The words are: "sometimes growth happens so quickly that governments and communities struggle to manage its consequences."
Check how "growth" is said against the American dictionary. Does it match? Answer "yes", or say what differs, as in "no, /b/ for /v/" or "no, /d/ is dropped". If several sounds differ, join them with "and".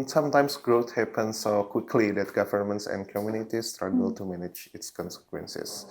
no, /t/ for /θ/